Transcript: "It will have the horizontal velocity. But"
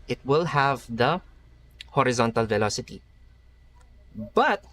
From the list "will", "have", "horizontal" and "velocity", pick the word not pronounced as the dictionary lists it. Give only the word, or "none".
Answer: none